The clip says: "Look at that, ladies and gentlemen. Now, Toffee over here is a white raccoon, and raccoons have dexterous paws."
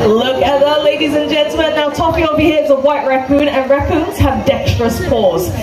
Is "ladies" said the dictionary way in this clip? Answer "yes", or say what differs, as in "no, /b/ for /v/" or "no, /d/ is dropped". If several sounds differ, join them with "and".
yes